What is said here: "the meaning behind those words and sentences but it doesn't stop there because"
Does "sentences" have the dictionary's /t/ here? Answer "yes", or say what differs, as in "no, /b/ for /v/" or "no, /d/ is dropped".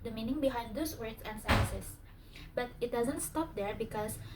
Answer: no, /s/ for /t/